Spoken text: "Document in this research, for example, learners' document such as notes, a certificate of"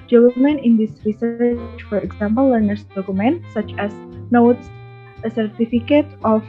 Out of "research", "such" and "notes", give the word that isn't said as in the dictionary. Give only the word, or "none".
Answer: none